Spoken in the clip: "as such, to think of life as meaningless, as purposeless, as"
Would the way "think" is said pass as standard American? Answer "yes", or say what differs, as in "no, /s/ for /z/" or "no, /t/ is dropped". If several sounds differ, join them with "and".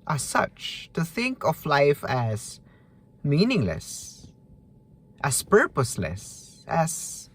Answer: yes